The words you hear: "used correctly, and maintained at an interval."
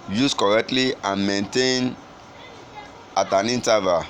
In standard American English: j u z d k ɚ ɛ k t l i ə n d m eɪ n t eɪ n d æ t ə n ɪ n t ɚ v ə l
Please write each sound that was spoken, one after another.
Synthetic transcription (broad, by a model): j u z k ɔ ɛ k t l i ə n m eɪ n t eɪ n ɑ t ə n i n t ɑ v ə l